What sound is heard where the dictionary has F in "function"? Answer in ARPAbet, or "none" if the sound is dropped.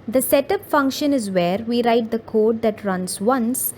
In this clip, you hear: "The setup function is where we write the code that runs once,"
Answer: F